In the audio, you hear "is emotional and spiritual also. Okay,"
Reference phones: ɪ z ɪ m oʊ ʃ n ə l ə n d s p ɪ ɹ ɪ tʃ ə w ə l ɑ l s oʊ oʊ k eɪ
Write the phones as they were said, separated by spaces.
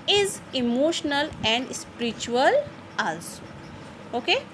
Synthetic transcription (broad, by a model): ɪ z ɪ m oʊ ʃ n ə l ə n d s p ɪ ɹ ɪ tʃ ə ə l ɑ l s oʊ oʊ k eɪ